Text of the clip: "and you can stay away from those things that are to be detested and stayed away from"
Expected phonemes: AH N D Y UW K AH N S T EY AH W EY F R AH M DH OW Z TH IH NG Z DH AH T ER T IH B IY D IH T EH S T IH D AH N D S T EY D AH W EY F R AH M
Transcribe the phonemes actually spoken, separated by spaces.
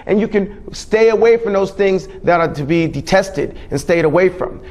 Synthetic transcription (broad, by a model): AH N Y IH K AH N S T EY AH W EY F R AH M DH OW Z TH IH NG Z DH AH T ER T IH B IY D IH T EH S T IH D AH N S T EY D AH W EY F R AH M